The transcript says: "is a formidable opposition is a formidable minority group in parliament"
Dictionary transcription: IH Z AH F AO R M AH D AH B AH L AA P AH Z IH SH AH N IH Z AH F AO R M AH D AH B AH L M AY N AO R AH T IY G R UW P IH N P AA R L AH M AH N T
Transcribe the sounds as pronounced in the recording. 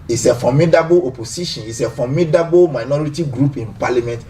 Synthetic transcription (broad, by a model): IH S AH F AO M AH D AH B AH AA P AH S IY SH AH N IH S AH F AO M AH D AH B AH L M AY N AO R AH T IY G R UW P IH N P AA L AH M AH N T